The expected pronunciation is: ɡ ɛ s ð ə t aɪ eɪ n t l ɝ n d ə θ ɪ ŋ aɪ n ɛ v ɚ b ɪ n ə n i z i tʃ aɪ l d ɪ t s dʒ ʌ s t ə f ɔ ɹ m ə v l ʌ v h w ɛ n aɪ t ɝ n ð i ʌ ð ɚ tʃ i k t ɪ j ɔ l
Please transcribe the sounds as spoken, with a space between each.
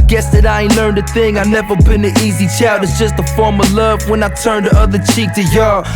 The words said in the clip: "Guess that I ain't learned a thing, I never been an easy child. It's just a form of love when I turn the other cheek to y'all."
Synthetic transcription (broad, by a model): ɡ ɛ s ð ə t aɪ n l ɝ n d ə θ ɪ ŋ aɪ n ɛ v ɚ b ɪ n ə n i z i tʃ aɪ d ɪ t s dʒ ʌ s t ə f ɔ ɹ m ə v l ʌ v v w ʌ n aɪ t ɝ n ð i ʌ ð ɚ tʃ i k t ɪ j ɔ